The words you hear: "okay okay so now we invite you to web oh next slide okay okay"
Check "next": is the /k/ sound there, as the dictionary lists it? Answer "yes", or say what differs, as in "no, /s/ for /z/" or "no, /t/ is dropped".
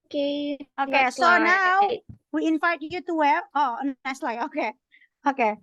no, /k/ is dropped